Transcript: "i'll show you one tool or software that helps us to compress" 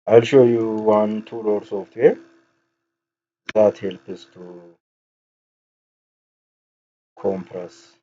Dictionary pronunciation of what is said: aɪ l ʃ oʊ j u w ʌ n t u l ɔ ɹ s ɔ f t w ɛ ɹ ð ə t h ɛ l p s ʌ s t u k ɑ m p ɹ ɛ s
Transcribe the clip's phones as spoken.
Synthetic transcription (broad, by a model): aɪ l ʃ oʊ j u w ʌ n t u l ɔ ɹ s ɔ f t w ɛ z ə t h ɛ l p ʌ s t u k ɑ m p ɹ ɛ s